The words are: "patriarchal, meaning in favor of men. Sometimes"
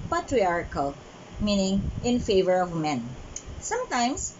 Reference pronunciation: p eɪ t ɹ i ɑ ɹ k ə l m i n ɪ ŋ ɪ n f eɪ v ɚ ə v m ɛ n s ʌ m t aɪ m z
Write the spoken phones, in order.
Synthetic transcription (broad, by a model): p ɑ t ɹ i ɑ ɹ k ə l m i n ɪ ŋ ɪ n f eɪ v ɚ ə v m ɛ n s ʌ m t aɪ m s